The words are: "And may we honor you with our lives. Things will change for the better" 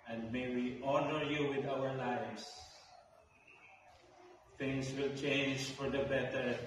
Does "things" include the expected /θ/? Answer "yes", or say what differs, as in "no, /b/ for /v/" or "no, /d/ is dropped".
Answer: no, /t/ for /θ/